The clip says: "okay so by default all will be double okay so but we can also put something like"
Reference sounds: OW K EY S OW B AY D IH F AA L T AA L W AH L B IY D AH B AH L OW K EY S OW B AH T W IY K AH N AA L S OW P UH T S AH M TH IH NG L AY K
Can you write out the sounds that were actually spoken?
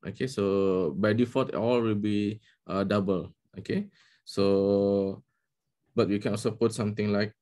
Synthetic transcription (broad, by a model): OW K EY S OW B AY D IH F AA T AA L W AH L B IY D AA B AH L OW K EY S OW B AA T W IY K AH N AA L S OW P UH T S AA M T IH NG L AY K